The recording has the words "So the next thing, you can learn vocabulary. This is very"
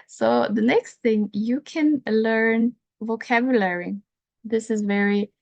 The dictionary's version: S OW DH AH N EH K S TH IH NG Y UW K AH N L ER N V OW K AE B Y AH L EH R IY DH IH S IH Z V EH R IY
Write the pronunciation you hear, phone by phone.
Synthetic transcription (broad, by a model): S OW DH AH N EH K S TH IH NG Y UW K AH N L ER N V OW K AE B Y AH L EH R IY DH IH S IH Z V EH R IY